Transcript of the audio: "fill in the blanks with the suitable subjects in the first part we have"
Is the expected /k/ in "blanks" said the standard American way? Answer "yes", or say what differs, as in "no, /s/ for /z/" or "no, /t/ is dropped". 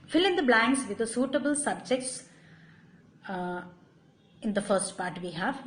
no, /k/ is dropped